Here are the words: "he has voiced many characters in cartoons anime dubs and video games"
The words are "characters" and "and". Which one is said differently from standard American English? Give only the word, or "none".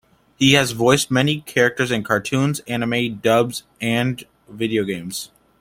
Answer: none